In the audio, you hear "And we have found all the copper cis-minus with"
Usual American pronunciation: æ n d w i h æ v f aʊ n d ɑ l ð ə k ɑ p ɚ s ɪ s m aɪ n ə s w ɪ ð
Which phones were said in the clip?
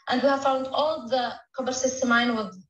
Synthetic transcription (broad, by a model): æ n d w i h æ v f aʊ n d ɑ l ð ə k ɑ b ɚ s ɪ s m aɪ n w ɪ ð